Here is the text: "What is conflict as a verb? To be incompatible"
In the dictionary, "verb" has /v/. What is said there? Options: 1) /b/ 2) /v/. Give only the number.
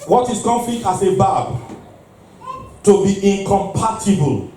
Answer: 1